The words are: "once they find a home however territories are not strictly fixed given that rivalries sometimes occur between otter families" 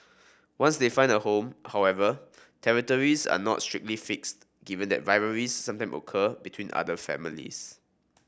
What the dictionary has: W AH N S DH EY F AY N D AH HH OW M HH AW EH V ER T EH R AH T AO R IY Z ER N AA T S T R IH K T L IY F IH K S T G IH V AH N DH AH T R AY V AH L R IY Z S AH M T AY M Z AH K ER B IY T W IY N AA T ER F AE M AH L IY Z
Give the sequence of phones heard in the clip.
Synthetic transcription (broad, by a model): W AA N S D EY F AY N D AH HH OW M HH AW EH V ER T EH R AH T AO R IY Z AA N AA T S T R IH K T L IY F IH K S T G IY V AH N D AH T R AY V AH R IY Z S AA M T AY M AH K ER B IY T W IY N AA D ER F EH M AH L IY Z